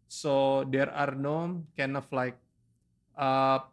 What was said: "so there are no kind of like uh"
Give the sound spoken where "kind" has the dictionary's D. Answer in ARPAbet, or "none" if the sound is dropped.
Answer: none